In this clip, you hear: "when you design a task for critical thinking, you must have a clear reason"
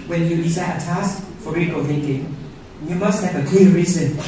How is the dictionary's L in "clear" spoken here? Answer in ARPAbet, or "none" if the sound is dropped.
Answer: none